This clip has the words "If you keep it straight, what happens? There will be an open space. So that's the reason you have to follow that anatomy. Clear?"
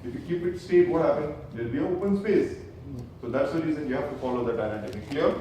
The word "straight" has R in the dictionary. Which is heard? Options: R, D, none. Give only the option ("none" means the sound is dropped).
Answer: none